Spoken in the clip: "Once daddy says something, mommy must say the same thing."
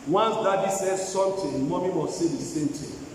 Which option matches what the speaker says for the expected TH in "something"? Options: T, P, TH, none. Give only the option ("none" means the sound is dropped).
T